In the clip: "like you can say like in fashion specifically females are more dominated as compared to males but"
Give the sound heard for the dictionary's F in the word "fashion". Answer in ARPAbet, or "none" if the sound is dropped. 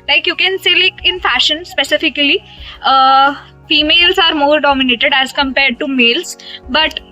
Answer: F